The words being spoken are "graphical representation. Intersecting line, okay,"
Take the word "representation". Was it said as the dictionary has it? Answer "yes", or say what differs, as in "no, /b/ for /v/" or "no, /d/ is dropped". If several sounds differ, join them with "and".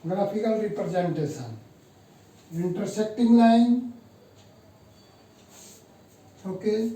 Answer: no, /s/ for /ʃ/